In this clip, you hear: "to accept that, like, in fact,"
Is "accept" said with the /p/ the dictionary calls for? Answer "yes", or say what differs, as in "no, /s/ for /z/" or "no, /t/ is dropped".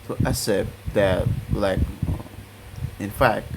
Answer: no, /p/ is dropped